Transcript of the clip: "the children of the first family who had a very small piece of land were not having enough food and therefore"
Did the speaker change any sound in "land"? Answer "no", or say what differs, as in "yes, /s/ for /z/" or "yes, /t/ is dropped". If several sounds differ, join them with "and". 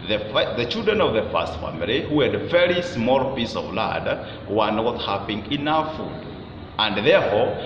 yes, /n/ is dropped